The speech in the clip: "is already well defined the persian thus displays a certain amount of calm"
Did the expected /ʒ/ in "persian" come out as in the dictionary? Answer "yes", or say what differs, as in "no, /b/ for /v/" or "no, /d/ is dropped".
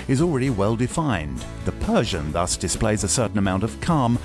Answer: yes